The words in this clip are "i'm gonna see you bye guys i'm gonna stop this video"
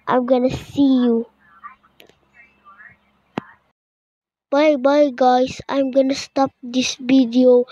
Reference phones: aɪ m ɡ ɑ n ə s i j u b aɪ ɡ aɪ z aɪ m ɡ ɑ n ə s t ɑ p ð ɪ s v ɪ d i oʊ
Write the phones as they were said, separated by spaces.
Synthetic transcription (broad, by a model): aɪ m ɡ ɑ n ə s i j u b aɪ ɡ aɪ s aɪ m ɡ ɑ n ə s t ɑ p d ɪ s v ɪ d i oʊ